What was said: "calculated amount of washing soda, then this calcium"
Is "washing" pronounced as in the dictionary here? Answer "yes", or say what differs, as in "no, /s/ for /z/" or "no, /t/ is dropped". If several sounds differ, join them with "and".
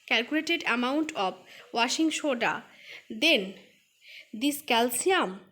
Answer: yes